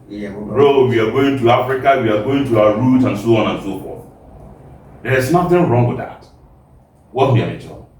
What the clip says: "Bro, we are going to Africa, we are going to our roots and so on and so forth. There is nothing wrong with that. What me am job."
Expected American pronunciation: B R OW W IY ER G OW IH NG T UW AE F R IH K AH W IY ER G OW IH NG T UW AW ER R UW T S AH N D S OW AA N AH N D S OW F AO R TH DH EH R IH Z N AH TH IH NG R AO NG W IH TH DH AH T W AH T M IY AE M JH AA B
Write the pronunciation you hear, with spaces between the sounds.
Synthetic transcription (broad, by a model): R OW W IY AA G OW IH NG T UW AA F R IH K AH W IY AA G OW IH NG T UW AW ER R UW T AH N S OW AA N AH N S OW F AO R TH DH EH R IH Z N AH TH IH NG R AO NG W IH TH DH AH T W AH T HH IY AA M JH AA